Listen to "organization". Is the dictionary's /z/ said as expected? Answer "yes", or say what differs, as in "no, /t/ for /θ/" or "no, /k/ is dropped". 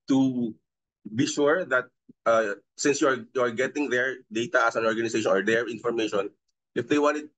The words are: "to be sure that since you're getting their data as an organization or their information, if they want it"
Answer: no, /s/ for /z/